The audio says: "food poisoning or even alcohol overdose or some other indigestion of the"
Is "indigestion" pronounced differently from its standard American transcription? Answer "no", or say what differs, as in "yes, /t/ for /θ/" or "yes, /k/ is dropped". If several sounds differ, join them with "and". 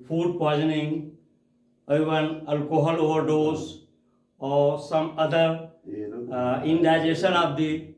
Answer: yes, /tʃ/ is dropped